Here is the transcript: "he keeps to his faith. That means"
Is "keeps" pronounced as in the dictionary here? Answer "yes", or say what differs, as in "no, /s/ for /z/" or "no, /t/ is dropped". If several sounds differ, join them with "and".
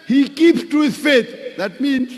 no, /s/ is dropped